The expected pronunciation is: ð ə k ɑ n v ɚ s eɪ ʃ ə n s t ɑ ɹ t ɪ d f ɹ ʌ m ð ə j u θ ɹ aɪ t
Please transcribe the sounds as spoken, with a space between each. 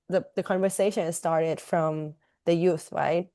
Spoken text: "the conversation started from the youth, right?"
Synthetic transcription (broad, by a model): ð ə k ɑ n v ɚ s eɪ ʃ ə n s t ɑ ɹ t ɪ d f ɹ ʌ m ð ə j u θ ɹ aɪ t